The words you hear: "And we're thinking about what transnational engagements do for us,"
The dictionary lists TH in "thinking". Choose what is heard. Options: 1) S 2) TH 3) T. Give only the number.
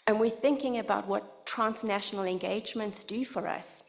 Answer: 2